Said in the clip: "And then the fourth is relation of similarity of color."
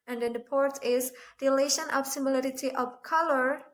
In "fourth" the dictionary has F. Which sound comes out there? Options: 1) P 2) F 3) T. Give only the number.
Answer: 1